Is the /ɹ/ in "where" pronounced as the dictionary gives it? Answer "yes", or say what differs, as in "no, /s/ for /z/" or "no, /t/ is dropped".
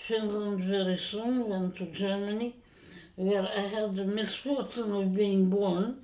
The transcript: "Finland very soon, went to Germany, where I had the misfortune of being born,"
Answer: yes